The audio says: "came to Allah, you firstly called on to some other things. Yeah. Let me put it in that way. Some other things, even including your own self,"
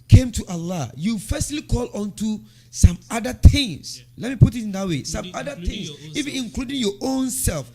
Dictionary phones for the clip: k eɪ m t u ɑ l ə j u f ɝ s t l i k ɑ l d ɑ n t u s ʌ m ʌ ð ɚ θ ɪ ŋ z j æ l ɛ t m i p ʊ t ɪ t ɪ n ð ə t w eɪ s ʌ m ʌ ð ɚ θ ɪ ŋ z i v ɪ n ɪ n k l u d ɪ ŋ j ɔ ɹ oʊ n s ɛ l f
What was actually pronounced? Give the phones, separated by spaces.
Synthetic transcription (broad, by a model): k eɪ m t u ɑ l ə j u f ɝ s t l i k ɑ l ɑ n t u s ʌ m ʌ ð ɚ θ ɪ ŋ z l ɛ t m i p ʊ t ɪ t ɪ n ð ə t w eɪ s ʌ m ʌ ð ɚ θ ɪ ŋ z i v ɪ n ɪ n k l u d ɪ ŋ j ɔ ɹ oʊ n s ɛ l f